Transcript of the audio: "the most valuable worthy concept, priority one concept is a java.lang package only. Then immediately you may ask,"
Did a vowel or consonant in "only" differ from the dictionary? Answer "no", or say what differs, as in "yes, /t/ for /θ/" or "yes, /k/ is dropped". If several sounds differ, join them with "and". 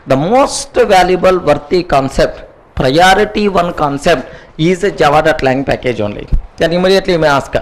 no